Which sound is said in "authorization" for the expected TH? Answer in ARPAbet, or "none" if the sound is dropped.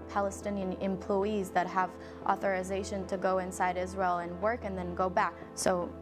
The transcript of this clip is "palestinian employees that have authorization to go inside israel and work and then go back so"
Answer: TH